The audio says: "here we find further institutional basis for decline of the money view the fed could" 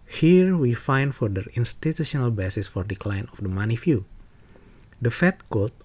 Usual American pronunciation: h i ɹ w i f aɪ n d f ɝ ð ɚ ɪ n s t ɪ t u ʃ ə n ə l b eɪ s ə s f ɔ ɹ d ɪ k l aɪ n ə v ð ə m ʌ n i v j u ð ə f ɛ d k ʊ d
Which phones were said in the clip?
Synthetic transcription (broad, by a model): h i ɹ w i f aɪ n d f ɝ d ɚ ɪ n s t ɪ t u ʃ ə n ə l b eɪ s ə s f ɔ ɹ d ɪ k l aɪ n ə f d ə m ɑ n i f j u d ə f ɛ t k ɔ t